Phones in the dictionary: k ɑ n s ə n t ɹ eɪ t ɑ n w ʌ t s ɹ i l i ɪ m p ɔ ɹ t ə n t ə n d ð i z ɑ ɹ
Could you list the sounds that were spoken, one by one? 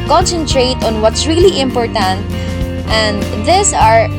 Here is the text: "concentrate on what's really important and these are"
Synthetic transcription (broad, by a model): k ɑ n s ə n t ɹ eɪ t ɑ n w ʌ t s ɹ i l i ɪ m p ɔ ɹ t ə n t ə n d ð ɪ s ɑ ɹ